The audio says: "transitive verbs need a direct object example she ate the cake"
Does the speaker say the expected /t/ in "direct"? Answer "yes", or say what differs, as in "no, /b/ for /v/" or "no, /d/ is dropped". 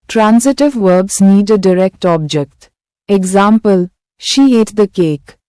yes